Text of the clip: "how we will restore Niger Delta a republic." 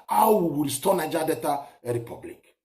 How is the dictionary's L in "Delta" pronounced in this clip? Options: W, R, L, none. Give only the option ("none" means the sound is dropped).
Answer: none